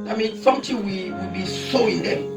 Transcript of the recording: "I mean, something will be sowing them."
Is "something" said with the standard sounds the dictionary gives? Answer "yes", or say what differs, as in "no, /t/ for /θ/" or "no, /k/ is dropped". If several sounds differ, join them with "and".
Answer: no, /t/ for /θ/